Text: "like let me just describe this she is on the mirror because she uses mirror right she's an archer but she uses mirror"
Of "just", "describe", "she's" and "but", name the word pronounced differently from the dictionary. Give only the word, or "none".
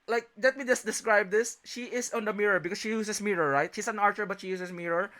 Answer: she's